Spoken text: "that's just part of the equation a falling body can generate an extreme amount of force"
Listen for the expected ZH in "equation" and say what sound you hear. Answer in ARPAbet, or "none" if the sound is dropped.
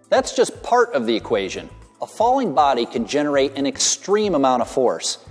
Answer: ZH